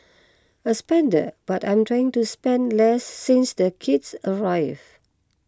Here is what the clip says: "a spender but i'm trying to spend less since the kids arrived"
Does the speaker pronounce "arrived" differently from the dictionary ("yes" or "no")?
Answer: yes